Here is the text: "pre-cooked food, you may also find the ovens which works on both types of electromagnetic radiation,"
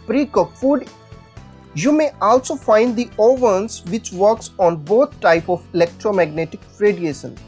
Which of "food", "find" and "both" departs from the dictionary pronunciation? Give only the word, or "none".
both